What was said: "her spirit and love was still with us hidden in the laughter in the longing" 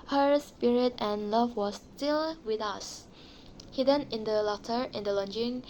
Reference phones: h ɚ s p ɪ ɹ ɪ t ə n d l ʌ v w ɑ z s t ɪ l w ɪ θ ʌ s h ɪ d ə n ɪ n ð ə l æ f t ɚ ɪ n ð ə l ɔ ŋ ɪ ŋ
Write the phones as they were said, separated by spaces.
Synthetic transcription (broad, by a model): h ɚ s p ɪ ɹ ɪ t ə n l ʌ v w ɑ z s t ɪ l w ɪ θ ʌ s h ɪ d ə n ɪ n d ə l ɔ t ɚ ɪ n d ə l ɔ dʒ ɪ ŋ